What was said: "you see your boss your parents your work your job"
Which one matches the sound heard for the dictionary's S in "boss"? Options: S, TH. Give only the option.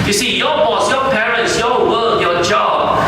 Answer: S